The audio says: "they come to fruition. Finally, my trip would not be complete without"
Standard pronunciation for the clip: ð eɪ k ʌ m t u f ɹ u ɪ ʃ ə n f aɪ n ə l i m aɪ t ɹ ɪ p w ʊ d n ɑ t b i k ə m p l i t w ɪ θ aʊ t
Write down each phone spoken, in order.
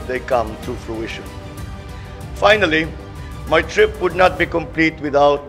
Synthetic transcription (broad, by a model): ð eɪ k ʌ m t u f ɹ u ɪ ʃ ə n f aɪ n ə l i m aɪ t ɹ ɪ p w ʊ d n ɑ t b i k ə m p l i t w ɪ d aʊ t